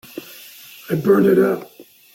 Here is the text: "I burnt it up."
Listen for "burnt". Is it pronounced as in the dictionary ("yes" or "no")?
no